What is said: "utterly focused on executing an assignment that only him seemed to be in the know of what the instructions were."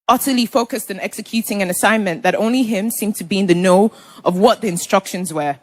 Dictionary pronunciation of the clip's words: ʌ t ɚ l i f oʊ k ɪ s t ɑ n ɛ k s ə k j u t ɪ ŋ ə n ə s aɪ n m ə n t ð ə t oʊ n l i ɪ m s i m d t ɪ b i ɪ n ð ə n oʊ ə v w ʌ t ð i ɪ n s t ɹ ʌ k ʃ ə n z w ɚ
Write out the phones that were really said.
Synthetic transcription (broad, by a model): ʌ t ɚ l i f oʊ k ɪ s t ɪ n ɛ k s ə k j u t ɪ ŋ ə n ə s aɪ n m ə n ð ə t oʊ n l i ɪ m s i m t ɪ b i ɪ n ð ə n oʊ ə v w ʌ t ð i ɪ n s t ɹ ʌ k ʃ ə n z w ɚ